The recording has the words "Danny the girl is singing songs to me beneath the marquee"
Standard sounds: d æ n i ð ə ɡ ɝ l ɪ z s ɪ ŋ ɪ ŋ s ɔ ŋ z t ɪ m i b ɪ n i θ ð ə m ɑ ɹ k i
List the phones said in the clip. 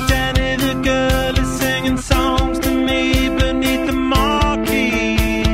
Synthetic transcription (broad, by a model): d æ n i ð ə ɡ ɝ l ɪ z s ɪ ŋ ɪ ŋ s ɔ ŋ z t ɪ m i b ɪ n i θ ð ə m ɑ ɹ k i